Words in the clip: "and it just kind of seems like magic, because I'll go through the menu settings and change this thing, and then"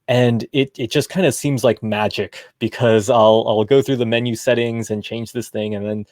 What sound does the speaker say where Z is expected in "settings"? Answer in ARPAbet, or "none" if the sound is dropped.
Z